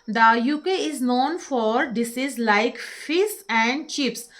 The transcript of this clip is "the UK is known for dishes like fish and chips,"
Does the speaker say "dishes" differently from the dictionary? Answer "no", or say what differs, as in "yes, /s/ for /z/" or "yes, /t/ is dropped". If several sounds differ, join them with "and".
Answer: yes, /s/ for /ʃ/